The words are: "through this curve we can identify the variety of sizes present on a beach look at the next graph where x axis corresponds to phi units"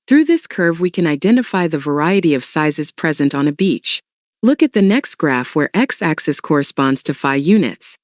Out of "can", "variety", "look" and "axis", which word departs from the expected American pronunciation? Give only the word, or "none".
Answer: none